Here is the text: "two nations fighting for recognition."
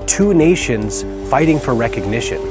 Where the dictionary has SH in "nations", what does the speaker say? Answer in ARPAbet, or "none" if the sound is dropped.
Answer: SH